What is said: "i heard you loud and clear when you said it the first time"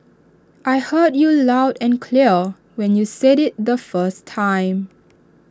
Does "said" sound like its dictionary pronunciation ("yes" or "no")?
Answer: yes